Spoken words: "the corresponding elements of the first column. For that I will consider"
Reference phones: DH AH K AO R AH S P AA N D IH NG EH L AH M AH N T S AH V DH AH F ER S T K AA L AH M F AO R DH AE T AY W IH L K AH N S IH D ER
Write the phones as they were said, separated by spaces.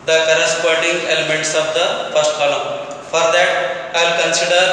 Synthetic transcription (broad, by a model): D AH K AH R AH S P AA D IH NG EH L AH M AH N T S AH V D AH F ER S T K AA L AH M F AO R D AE T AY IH L K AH N S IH D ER